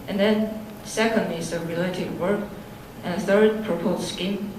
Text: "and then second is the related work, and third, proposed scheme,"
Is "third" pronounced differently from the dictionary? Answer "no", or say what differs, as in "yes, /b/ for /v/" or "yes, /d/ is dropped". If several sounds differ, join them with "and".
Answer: no